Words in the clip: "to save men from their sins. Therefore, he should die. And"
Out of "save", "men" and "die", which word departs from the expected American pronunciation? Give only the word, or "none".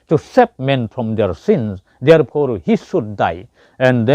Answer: save